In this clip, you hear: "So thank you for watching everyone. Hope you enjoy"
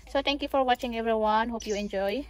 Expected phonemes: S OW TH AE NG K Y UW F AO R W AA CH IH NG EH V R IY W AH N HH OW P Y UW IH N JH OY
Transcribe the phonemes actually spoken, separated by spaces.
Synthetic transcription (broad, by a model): S OW T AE NG K Y UW F AO R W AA CH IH NG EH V R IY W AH N HH OW P Y UW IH N JH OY